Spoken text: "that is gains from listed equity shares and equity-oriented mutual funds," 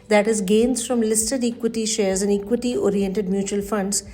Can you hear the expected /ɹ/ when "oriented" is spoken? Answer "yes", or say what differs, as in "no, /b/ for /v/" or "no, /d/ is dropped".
yes